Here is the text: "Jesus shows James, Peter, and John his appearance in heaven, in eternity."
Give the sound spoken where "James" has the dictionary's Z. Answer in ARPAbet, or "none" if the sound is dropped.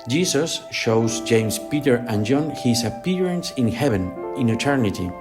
S